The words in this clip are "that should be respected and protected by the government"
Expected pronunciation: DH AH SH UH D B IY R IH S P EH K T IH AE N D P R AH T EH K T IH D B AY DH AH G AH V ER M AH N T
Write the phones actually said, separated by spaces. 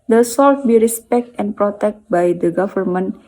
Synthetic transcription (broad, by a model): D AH S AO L B IY R IH S P EH K T IH N P R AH T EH K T B AY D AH G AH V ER M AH N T